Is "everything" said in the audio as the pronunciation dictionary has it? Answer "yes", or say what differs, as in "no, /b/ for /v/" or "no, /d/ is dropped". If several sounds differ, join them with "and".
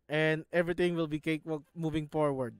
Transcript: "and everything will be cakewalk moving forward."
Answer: no, /t/ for /θ/